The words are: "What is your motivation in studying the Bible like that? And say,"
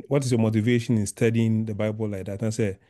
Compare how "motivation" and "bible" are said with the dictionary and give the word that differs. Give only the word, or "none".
none